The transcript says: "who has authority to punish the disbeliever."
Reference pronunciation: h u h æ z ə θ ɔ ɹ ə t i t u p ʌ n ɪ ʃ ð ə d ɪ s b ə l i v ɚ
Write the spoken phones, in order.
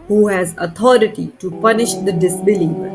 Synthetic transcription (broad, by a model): h u h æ z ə t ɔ ɹ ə t i t u p ʌ n ɪ ʃ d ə d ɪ s b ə l i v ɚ